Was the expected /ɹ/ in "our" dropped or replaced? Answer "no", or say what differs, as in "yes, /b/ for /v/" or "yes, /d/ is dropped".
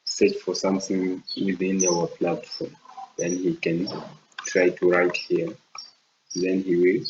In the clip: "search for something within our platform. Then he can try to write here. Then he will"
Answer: yes, /w/ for /ɹ/